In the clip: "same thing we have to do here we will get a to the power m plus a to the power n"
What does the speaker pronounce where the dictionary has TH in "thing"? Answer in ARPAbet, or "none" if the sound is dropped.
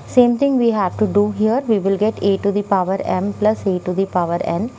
T